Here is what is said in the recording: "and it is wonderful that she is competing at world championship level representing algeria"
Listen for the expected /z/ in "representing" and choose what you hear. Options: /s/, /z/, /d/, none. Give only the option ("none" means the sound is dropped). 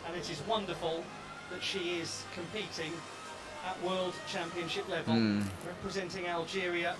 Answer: /z/